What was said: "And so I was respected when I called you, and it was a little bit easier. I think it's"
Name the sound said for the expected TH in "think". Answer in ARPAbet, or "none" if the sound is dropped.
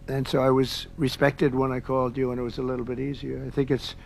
TH